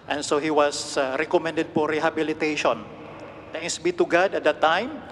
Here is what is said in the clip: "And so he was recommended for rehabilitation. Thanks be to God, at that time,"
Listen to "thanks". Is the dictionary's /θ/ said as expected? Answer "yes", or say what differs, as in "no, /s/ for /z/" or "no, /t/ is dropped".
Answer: no, /t/ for /θ/